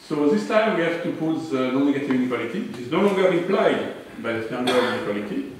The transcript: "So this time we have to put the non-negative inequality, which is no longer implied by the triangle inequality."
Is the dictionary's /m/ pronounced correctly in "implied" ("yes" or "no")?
no